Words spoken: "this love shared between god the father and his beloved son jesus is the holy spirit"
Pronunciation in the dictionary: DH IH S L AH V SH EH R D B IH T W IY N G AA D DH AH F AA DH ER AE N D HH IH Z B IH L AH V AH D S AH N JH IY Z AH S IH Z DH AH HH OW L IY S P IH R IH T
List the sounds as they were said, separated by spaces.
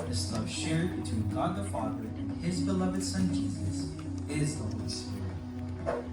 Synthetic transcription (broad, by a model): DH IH S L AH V SH EH R D B IH T W IY N G AA D DH AH F AA DH ER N IH Z B IH L AH V AH D S AH N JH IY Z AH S IH Z DH AH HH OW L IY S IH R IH